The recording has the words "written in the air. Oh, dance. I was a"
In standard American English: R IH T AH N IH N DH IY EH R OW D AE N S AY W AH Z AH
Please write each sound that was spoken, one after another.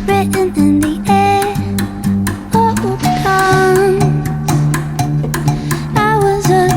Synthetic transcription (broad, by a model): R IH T N IH N DH IY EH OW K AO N AY W AH Z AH